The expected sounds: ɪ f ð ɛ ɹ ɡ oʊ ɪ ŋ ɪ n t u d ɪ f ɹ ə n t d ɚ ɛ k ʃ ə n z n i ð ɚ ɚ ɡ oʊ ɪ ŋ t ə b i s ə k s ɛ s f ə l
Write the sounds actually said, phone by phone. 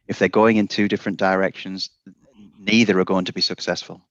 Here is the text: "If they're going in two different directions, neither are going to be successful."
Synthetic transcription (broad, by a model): ɪ f ð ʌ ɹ ɡ oʊ ɪ ŋ ɪ n t u d ɪ f ɹ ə n d ɚ ɛ k ʃ ə n z n i ð ɚ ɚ ɡ oʊ ɪ ŋ t ə b i s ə k s ɛ s f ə l